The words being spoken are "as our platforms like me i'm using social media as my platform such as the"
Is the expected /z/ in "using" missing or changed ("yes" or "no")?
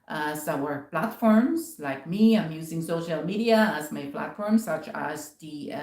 no